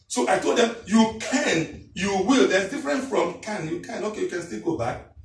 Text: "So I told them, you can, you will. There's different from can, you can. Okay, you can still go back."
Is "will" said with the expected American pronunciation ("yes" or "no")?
yes